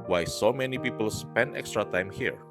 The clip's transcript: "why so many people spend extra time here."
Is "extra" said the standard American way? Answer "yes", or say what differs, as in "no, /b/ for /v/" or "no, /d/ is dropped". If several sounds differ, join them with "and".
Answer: yes